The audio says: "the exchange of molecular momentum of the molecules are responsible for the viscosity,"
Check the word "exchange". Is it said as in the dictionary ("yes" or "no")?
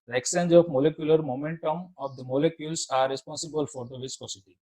no